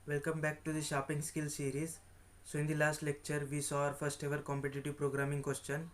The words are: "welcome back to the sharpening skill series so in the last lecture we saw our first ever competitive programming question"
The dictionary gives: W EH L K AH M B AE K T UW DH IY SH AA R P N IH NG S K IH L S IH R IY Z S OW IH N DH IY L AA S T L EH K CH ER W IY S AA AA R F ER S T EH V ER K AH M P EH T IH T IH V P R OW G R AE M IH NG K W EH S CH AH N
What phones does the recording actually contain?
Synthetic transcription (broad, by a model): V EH L K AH M B AE K T UW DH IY SH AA P IH NG S K IH L S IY R IY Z S OW IH N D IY L AA S T L EH K CH ER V IY S AA AA R F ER S T EH V ER K AH M P EH T IH T IH V P R OW G R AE M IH NG K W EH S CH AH N